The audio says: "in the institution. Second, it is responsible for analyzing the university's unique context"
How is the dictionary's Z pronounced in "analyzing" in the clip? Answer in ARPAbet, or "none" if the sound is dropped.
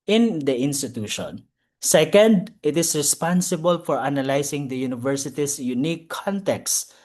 S